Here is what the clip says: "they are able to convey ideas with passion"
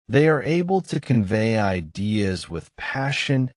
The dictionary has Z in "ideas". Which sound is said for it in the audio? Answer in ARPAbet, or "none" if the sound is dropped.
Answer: Z